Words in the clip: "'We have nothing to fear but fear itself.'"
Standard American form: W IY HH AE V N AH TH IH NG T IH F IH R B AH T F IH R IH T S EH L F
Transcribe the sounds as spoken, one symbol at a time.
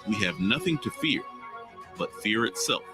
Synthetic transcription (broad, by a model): W IY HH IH V N AH TH IH NG T IH F IH R B AH T F IH R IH T S EH L F